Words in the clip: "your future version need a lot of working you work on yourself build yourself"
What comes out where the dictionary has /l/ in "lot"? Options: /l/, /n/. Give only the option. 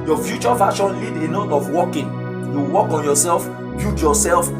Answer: /n/